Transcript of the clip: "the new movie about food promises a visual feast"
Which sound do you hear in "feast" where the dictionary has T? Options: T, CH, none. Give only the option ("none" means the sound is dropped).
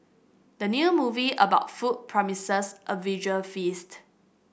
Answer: T